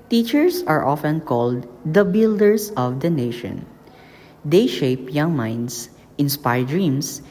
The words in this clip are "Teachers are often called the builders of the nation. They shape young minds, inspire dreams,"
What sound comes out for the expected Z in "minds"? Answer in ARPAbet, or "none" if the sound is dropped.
S